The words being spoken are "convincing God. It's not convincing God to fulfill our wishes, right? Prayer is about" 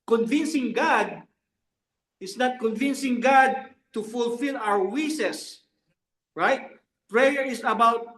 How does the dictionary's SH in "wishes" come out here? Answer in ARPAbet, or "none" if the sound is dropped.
S